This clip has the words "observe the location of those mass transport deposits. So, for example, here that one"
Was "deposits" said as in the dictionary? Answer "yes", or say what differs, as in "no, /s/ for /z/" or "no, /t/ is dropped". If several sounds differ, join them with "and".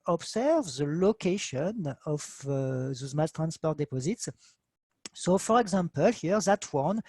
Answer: yes